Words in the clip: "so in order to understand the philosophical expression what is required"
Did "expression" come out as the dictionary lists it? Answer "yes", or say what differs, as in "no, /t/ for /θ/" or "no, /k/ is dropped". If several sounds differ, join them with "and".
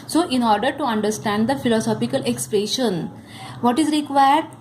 yes